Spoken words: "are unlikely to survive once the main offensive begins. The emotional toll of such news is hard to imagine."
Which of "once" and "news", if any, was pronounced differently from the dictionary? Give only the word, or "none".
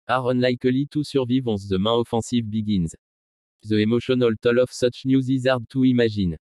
once